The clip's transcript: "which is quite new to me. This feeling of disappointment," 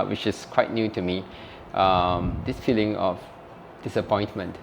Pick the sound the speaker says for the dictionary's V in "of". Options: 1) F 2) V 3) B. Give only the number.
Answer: 1